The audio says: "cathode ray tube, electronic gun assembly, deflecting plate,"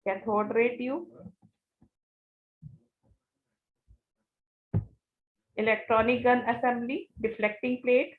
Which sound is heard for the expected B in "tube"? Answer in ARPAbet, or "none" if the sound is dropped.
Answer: none